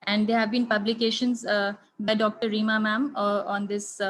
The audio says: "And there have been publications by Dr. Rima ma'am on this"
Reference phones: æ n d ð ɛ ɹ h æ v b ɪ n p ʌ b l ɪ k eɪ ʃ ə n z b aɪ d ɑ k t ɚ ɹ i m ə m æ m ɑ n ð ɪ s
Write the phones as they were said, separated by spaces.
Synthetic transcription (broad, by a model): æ n d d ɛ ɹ h æ v b ɪ n p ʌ b l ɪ k eɪ ʃ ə n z b aɪ d ɑ k t ɚ ɹ i m ə m æ m ɑ n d ɪ s